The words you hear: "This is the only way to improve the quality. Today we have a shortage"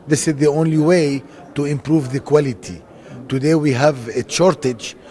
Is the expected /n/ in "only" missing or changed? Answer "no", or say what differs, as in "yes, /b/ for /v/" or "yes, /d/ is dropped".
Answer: no